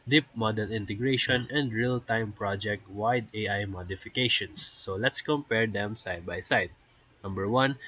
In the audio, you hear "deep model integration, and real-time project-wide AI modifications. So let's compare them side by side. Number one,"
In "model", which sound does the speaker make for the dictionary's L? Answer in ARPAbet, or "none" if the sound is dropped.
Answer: N